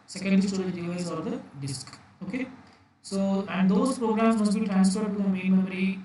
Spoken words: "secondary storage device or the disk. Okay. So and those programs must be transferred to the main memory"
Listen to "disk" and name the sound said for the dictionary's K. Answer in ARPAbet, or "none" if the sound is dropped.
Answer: K